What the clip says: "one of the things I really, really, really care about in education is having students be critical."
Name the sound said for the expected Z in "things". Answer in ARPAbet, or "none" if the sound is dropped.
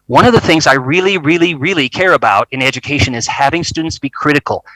Z